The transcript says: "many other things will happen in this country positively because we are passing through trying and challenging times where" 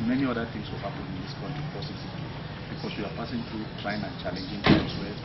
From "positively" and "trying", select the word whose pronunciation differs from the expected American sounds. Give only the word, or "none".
positively